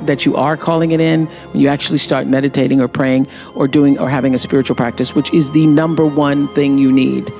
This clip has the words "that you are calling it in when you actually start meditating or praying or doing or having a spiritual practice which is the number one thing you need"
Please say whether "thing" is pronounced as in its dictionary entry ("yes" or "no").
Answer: yes